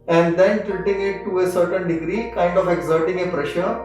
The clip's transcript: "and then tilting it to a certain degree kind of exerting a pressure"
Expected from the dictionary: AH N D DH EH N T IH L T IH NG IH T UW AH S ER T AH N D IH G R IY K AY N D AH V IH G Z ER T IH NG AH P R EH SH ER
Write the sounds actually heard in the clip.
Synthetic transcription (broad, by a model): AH N D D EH N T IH T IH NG IH T UW AH S ER T AH N D IH G R IY K AY N D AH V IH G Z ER T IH NG AH P R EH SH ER